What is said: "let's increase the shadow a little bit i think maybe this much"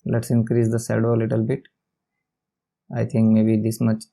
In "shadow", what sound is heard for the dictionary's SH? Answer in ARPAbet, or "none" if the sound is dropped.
S